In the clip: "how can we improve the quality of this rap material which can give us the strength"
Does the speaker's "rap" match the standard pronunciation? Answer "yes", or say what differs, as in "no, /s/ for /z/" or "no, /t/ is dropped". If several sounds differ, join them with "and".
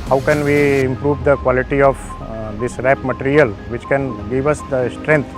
yes